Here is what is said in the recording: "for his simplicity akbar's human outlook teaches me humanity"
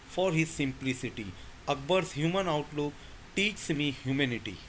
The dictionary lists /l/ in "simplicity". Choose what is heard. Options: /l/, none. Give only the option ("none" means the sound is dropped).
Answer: /l/